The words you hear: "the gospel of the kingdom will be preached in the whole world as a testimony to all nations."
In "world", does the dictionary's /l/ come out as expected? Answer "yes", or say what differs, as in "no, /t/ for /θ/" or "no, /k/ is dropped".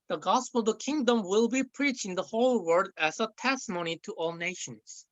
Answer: no, /l/ is dropped